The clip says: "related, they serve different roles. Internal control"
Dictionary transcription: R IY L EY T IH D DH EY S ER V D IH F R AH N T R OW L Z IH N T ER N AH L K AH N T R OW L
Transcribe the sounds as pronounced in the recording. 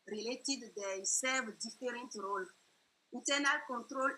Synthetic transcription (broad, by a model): R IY L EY T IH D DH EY S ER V D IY F R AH N T R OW L IH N T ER N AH L K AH N T R OW L